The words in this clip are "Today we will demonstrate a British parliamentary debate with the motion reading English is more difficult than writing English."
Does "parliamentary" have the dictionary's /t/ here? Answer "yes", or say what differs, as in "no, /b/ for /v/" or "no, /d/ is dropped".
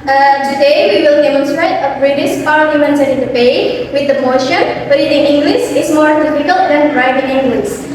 no, /s/ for /t/